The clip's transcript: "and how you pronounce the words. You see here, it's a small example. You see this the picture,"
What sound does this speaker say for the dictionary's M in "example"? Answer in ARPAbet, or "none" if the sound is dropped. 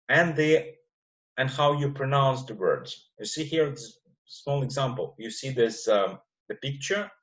M